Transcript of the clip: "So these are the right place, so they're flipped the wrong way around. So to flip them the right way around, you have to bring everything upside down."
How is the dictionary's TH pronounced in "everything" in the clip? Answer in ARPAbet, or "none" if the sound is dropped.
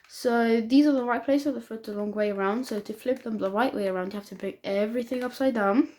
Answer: TH